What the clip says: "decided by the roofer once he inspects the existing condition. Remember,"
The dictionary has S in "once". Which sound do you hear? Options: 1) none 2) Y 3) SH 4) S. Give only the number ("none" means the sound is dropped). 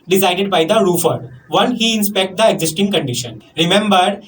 1